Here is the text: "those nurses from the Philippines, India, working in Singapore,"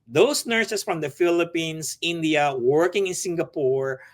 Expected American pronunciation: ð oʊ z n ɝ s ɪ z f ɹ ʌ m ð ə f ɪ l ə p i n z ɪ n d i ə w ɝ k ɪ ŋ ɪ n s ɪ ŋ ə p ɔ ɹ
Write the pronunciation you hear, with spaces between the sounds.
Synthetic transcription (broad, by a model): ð oʊ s n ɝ s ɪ s f ɹ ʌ m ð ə f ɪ l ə p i n s ɪ n d i ə w ɝ k ɪ ŋ ɪ n s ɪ ŋ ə p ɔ ɹ